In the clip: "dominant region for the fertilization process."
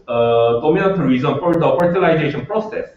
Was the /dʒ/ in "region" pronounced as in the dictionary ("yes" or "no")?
no